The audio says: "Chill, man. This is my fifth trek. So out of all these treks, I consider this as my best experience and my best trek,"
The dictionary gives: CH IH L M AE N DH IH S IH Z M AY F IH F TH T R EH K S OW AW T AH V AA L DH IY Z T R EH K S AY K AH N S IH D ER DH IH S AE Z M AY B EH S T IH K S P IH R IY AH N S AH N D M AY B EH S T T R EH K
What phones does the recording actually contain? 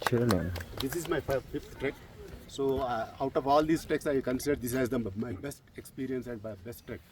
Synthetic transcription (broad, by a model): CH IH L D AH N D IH S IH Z M AY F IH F T T R EH K S OW AW T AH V AA L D IY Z T EH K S AY K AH N S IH D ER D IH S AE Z M AY B EH S T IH K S P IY R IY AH N S AH N D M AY B EH S T T R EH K